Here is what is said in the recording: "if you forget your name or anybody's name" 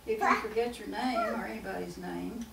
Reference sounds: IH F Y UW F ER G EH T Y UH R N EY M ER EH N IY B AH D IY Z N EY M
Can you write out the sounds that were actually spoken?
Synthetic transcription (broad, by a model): IH F Y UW F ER G EH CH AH R N EY M ER EH N IY B AH D IY Z N EY M